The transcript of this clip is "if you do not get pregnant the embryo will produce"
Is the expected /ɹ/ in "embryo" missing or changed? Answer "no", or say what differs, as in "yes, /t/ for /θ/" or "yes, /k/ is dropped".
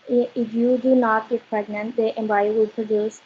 yes, /ɹ/ is dropped